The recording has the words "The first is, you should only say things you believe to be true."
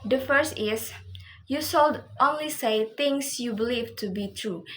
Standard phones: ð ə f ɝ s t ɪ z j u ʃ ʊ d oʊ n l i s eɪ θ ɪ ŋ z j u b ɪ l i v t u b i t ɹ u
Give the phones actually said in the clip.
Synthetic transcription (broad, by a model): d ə f ɝ s t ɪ s j u s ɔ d oʊ n l i s eɪ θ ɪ ŋ s j u b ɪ l i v t u b i t ɹ u